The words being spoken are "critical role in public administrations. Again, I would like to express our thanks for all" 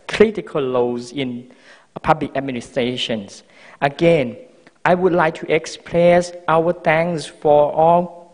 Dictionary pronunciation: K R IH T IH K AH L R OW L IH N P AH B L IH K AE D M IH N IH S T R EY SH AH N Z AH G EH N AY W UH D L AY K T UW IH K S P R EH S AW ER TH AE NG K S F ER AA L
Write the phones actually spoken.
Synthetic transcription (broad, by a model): K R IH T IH K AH L L OW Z IH N P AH B L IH K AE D M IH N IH S T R EY SH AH N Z AH G EH N AY W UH D L AY K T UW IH K S P L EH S AW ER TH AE NG S F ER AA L